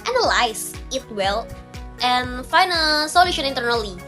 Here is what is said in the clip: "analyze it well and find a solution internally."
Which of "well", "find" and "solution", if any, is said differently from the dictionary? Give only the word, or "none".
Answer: find